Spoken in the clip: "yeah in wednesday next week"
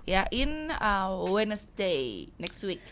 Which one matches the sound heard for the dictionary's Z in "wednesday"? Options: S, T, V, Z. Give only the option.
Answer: S